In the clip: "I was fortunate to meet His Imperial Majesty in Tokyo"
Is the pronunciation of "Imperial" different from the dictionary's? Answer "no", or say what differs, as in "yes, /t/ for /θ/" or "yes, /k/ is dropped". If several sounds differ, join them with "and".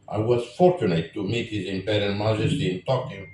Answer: yes, /n/ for /l/